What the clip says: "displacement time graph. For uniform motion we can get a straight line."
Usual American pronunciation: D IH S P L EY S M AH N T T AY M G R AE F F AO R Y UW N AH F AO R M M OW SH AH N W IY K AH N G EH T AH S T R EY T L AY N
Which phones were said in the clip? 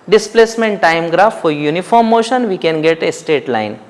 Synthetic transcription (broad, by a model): D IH S P L EY S M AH N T T AY M G R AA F F AO R Y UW N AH F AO R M M OW SH AH N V IY K AH N G EH T AH S T EY T L AY N